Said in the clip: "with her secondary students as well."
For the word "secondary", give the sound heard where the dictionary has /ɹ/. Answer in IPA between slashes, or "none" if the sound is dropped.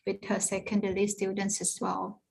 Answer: /l/